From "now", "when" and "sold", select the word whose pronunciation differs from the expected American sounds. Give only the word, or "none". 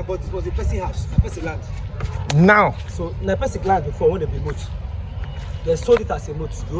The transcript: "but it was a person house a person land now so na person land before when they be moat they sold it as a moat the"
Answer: sold